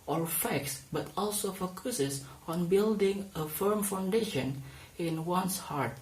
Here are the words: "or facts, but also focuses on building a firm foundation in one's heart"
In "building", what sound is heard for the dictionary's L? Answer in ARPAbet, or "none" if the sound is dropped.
L